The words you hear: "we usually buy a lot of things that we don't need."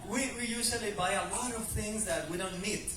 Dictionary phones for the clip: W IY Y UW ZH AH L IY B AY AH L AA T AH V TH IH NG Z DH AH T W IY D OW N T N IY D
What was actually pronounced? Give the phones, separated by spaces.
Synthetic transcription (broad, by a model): W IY Y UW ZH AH L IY B AY AH L AA T AH V TH IH NG Z DH AH T W IY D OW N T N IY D